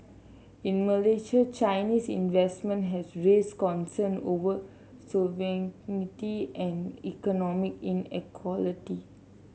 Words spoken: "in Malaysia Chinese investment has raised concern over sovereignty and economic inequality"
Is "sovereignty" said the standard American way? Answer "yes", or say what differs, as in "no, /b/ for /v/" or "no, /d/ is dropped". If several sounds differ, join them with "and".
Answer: no, /ɹ/ is dropped